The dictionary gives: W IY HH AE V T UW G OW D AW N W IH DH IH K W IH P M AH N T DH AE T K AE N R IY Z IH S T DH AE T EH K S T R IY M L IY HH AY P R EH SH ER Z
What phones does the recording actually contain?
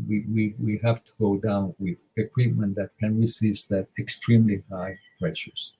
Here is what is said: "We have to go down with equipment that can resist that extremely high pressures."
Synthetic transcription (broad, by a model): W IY HH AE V T UW G OW D AW N W IH DH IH K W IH P M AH N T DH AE T K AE N R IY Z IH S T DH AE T EH K S T R IY M L IY HH AY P R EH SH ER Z